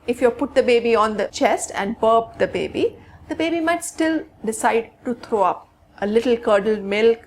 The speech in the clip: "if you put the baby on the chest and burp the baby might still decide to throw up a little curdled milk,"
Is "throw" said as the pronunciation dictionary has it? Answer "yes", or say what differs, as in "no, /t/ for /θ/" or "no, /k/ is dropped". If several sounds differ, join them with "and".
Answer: no, /t/ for /θ/